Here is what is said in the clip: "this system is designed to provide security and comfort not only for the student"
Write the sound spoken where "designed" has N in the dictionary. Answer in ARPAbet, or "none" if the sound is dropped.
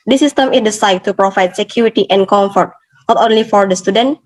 none